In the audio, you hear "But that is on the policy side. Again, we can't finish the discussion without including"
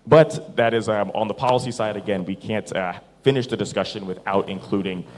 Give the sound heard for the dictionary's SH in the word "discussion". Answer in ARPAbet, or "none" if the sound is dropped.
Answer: SH